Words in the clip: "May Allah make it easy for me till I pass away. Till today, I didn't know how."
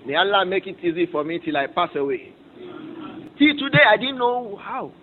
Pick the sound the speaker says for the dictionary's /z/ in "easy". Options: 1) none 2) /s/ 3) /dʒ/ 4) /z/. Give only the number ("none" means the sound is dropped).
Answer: 4